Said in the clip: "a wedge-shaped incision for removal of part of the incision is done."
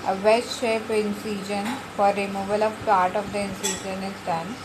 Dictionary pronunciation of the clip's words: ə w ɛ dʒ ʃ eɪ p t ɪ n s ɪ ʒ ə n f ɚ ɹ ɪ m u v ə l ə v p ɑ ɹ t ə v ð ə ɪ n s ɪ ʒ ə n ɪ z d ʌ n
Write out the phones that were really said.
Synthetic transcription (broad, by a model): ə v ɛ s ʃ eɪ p ɪ n s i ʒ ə n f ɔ ɹ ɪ m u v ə l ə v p ɑ ɹ t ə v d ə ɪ n s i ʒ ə n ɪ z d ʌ n